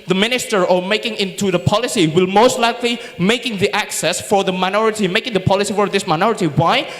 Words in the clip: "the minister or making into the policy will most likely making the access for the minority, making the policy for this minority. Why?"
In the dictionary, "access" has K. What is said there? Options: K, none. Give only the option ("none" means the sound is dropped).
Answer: K